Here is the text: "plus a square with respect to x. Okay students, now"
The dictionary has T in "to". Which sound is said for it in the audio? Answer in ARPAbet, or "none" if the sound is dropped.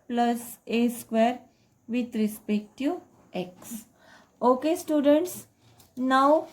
T